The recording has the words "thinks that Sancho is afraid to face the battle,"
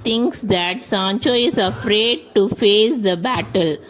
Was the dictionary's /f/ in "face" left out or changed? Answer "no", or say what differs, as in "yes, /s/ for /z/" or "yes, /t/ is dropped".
no